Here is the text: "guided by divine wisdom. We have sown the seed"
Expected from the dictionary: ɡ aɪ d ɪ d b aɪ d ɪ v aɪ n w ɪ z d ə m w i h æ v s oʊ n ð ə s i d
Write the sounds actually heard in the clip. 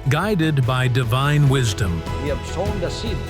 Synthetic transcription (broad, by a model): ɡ aɪ d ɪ d b aɪ d ɪ v aɪ n w ɪ z d ə m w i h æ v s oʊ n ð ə s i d